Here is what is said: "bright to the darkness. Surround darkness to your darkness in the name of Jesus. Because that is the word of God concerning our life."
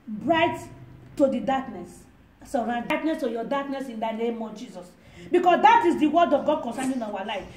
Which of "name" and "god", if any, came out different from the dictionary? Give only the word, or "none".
none